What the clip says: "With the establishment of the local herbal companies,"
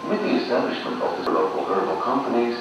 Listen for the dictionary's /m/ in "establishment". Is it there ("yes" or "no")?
yes